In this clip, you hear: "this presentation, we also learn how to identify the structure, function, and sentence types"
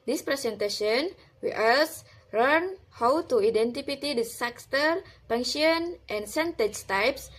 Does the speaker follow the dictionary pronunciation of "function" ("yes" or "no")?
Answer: no